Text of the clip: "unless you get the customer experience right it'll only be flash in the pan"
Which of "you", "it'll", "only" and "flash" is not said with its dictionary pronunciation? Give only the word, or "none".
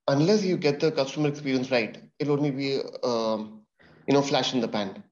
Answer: none